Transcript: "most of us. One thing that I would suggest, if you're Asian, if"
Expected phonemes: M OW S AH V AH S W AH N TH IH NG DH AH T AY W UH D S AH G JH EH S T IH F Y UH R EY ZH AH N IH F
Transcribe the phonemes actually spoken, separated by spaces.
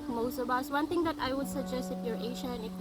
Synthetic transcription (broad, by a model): M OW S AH B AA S W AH N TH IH NG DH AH T AY W UH D S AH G JH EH S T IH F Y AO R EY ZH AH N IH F